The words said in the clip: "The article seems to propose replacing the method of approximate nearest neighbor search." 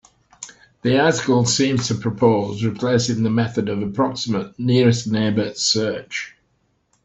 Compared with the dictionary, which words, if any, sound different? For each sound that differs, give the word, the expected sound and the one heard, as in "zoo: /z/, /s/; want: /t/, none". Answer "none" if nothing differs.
none